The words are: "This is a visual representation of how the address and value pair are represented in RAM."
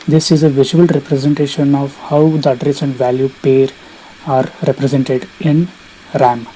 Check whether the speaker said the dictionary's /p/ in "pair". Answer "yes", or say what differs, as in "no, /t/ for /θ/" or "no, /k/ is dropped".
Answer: yes